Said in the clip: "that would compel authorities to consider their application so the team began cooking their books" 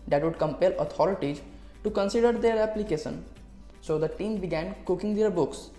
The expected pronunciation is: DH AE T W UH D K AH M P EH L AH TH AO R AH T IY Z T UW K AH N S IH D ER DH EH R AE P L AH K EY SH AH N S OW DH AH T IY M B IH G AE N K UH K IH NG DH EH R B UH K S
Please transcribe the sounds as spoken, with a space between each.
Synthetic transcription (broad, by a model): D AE T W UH D K AH M P EH L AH T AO R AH T IY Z T UW K AH N S IH D ER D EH R AE P L AH K EY SH AH N S OW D AH T IY M B IH G AE N K UH K IH NG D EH R B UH K S